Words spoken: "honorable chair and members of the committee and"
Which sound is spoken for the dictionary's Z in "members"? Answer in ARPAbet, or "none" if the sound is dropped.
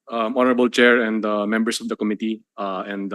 S